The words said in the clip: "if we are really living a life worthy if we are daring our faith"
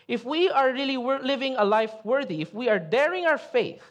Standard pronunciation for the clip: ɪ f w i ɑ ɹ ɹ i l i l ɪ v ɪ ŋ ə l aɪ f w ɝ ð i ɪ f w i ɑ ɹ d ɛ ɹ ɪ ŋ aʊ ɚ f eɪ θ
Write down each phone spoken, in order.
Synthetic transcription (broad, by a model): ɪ f w i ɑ ɹ l i w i l ɪ v ɪ ŋ ə l aɪ f w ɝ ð i ɪ f w i ɑ ɹ d ɛ ɹ ɪ ŋ aʊ ɚ f eɪ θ